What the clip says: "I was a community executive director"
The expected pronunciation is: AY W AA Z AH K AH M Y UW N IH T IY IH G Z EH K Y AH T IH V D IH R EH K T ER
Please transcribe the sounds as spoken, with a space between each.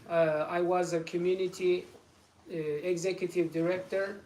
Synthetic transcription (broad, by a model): AY W AA Z AH K AH M Y UW N IH T IY IH G Z EH K Y AH T IH V D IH R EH K T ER